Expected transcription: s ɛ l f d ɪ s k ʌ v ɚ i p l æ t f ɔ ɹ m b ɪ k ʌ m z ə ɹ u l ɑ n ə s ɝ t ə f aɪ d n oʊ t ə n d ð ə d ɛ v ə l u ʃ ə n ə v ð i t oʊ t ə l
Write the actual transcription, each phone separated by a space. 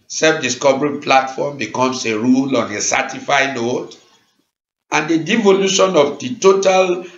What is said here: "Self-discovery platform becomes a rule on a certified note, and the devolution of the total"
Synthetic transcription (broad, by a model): s ɛ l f d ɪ s k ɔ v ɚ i p l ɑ t f ɔ m b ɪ k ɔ m s ə ɹ u l ɑ n ə s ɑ t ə f aɪ n oʊ t ə n d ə d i v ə l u ʃ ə n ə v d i t oʊ t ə l